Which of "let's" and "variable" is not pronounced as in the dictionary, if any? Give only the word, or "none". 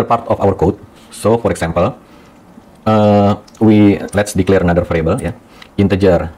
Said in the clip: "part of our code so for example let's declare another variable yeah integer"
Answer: variable